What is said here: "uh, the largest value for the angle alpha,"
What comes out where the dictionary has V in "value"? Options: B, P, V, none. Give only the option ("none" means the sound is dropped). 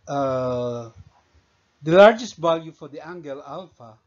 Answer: B